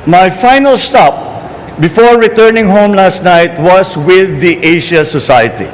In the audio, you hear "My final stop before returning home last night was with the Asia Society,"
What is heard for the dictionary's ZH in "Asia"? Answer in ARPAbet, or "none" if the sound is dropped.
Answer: SH